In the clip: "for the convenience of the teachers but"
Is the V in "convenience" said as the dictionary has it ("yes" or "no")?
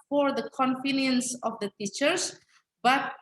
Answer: no